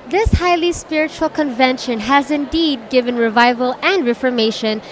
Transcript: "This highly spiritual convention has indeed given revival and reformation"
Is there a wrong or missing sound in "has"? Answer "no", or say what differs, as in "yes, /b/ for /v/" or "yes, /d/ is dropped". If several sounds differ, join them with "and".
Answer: no